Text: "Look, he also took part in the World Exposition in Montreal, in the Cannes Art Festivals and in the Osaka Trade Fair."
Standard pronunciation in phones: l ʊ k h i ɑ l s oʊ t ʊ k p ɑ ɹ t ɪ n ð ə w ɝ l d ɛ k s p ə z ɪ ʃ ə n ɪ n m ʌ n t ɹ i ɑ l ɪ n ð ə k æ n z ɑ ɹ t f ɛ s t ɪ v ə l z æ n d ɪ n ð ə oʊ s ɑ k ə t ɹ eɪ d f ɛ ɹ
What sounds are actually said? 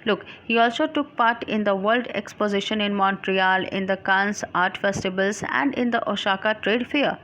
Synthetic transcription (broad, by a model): l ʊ k h i ɑ l s oʊ t ʊ k p ɑ ɹ t ɪ n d ə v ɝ l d ɛ k s p ə z ɪ ʃ ə n ɪ n m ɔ n t ɹ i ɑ l ɪ n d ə k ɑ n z ɑ ɹ t f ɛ s t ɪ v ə l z æ n d ɪ n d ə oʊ ʃ ɑ k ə t ɹ eɪ d f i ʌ